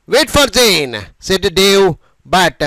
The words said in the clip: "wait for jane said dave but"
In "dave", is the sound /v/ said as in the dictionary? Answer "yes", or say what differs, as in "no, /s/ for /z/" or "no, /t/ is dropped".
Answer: no, /w/ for /v/